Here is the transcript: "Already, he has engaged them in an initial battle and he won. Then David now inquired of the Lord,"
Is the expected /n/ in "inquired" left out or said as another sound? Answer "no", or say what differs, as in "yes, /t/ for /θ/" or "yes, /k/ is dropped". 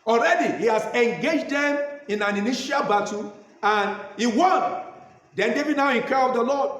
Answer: yes, /n/ is dropped